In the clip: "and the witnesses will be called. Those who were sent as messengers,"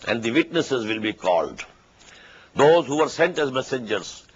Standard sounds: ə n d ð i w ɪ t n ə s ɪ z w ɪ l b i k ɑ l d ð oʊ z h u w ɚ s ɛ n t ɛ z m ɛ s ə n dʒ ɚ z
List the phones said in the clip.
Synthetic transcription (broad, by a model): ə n d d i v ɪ t n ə s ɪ z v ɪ l b i k ɑ l d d oʊ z h u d s ɛ n t ɛ z m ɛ s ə n dʒ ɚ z